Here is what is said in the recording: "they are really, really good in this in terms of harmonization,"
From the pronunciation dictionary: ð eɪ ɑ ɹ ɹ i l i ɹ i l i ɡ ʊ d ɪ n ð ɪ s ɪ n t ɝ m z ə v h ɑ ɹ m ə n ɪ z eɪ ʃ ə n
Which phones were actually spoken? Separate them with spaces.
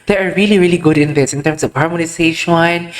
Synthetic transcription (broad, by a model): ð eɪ ɑ ɹ ɹ i l i ɹ i l i ɡ ʊ d ɪ n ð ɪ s ɪ n t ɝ m s ə v h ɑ ɹ m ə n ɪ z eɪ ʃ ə n